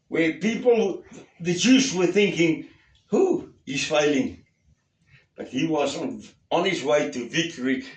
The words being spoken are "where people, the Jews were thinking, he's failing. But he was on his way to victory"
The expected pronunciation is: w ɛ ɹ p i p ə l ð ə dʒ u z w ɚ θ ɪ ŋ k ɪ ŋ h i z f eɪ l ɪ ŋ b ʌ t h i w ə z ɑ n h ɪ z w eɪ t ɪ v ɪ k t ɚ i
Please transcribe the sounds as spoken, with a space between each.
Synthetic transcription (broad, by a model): w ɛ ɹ p i p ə l ð ə dʒ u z w ɚ θ ɪ ŋ k ɪ ŋ h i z f eɪ l ɪ ŋ b ʌ t h i w ə z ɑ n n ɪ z w eɪ t ɪ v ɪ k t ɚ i